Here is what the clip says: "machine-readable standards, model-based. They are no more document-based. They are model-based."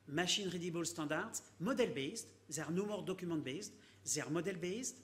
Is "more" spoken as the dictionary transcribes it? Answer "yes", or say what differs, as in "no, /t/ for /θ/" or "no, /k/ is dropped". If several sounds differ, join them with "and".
yes